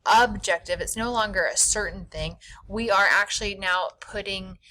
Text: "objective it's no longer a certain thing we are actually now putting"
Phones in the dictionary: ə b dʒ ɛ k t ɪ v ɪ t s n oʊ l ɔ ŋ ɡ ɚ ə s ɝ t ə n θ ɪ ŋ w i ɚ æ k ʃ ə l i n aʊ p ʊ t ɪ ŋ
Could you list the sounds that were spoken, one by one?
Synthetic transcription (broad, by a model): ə b dʒ ɛ k t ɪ v ɪ t s n oʊ l ɔ ŋ ɡ ɚ ə s ɝ t n θ ɪ ŋ w i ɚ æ k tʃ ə l i n aʊ p ʊ t ɪ ŋ